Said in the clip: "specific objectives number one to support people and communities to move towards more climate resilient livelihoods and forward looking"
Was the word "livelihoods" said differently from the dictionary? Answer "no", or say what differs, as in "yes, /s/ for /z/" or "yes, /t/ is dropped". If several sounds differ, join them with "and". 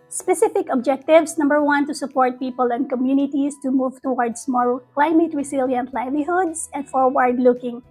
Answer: yes, /s/ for /z/